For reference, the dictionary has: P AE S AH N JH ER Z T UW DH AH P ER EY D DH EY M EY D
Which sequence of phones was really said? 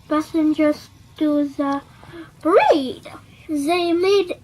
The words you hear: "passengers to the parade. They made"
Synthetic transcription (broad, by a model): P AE S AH N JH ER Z T UW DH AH B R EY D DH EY M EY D